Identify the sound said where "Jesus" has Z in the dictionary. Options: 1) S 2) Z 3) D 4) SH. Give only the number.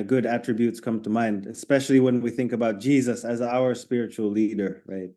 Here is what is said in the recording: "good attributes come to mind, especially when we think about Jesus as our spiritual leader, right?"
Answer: 2